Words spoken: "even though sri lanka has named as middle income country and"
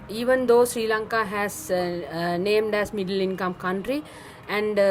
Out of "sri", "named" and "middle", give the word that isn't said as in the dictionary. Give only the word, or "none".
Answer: none